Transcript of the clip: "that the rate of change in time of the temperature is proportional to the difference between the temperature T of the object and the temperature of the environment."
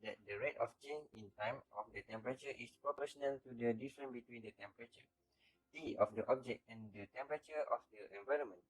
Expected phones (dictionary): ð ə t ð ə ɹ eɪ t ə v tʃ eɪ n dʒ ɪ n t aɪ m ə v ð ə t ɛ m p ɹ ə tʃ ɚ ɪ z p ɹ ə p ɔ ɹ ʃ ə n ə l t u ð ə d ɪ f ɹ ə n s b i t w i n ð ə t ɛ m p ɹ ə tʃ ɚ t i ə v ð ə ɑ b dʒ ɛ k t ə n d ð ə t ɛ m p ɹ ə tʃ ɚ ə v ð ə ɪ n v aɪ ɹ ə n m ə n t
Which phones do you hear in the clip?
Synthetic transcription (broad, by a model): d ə t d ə ɹ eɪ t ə f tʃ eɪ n ɪ n t aɪ m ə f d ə t ɛ m p ɹ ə tʃ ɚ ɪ s p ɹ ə p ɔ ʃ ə n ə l t u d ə d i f ɹ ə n b i t w i n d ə t ɛ m p ɹ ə tʃ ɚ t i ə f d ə ɑ b dʒ ɛ k t ə n d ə t ɛ m p ɹ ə tʃ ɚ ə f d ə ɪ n v aɪ ɹ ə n m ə n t